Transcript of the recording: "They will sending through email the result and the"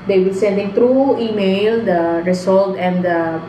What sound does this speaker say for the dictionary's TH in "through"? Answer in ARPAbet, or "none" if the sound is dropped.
T